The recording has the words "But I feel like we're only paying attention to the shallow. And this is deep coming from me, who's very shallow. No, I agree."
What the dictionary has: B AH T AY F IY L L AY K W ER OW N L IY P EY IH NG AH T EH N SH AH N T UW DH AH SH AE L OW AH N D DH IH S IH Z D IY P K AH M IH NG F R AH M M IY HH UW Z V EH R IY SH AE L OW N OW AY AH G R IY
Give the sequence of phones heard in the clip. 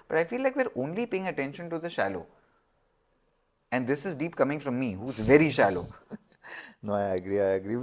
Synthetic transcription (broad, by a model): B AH T AY F IY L L AY K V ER OW N L IY P EY IH NG AH T EH N SH AH N T UW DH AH SH AE L OW AH N D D IH S IH Z D IY P K AH M IH NG F R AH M M IY HH UW Z V EH R IY SH AE L OW N OW AY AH G R IY